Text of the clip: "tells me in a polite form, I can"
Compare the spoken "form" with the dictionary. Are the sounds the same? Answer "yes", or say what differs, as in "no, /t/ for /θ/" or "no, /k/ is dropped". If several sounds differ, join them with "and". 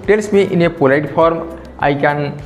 no, /p/ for /f/